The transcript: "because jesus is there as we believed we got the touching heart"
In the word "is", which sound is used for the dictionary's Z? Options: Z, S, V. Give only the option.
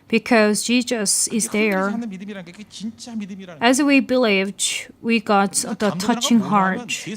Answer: Z